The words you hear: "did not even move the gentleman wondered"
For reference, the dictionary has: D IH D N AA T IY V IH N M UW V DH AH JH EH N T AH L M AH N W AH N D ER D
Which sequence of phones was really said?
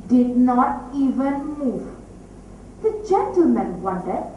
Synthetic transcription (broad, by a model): D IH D N AA T IY V IH N M UW V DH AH JH EH N T AH L M AH N W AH N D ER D